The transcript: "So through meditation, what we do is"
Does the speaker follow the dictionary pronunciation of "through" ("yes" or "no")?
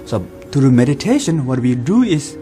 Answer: no